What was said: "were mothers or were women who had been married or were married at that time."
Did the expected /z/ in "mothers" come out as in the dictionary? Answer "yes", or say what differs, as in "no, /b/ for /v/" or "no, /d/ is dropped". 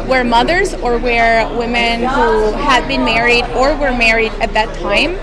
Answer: yes